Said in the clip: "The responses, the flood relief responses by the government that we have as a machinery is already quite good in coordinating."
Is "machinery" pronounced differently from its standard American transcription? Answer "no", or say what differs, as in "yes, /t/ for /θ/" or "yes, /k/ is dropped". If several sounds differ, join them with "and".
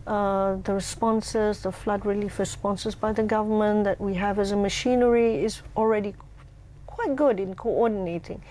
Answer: no